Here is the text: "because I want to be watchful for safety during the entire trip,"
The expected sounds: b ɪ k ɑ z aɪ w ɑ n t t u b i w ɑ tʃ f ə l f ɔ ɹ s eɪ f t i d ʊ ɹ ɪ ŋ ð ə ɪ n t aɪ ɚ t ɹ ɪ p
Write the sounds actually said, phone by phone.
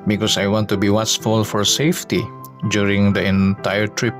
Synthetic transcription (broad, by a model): b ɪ k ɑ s aɪ w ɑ n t t u b i w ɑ s f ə l f ɔ ɹ s eɪ f t i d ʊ ɹ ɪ ŋ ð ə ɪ n t aɪ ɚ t ɹ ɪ p